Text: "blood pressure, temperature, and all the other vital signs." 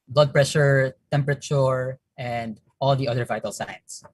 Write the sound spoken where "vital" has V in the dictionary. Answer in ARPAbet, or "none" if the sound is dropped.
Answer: V